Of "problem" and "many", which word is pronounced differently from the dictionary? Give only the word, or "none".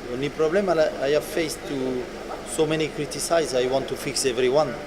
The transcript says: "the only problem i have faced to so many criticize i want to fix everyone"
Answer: problem